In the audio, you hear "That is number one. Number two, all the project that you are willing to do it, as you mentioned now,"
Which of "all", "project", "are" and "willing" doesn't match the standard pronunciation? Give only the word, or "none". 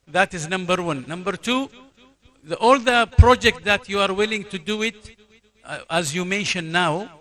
none